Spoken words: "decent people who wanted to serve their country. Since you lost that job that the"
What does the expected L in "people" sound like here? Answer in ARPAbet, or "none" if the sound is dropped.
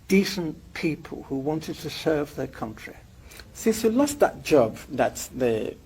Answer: L